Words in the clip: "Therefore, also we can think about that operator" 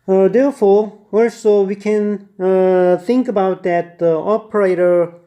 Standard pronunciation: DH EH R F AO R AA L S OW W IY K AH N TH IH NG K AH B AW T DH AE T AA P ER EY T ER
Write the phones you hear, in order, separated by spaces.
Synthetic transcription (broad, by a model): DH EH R F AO R AA L S OW W IY K AH N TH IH NG K AH B AW T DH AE T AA P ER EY T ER